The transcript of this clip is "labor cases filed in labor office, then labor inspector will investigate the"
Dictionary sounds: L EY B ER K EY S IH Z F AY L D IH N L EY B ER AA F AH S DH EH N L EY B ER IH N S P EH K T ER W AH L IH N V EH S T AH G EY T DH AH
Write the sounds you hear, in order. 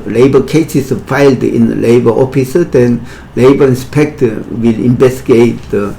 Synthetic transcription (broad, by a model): L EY B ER K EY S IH S F AY L D IH N L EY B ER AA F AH S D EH N L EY B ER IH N S P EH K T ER W AH L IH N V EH S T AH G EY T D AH